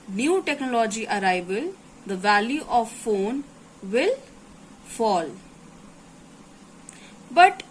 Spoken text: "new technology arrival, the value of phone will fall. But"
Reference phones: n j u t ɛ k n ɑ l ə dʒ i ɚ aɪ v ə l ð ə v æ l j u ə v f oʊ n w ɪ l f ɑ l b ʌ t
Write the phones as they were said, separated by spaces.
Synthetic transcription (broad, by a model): n j u t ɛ k n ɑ l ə dʒ i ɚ aɪ b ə l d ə v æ l j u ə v f oʊ n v ɪ l f ɑ l b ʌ t